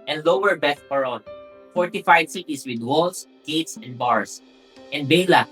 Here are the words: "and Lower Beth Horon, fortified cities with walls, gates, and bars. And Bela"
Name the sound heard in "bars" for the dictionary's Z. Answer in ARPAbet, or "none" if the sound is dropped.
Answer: S